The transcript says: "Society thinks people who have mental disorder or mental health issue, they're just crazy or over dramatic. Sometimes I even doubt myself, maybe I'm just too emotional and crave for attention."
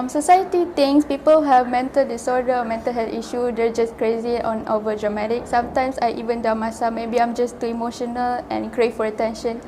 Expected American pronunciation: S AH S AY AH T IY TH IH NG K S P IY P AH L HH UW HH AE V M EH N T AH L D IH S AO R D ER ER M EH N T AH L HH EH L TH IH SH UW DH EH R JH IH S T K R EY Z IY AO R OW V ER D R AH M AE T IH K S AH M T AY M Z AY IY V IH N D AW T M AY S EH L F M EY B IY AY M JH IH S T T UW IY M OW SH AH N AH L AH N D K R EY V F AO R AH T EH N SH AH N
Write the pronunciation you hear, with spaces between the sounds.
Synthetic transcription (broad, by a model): S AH S AY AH T IY T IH NG S P IY P AH L HH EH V M EH N T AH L D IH S AO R D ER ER M EH N T AH L HH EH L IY SH UW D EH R JH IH S K R EY Z IY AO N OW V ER D R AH M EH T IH K S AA M T AY M S AY IY V IH N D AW M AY S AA M EY B IY AY M JH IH S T T UW IY M OW SH AH N AH L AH N K R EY F AO R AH T EH N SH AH N